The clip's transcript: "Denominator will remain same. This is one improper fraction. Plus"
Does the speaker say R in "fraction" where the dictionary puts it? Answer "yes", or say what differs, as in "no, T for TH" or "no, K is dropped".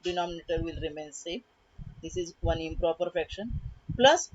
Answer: no, R is dropped